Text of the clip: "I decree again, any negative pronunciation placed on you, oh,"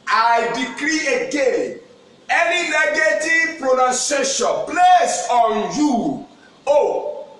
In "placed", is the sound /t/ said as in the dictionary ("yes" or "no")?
no